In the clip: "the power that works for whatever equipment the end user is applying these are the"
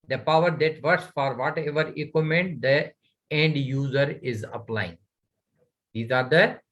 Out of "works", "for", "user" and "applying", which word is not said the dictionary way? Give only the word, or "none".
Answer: works